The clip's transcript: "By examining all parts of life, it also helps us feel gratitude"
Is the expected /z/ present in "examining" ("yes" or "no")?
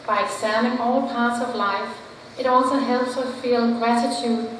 no